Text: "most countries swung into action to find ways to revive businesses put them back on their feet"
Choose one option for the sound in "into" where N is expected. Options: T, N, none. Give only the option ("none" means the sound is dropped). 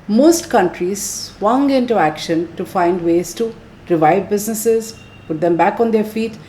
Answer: N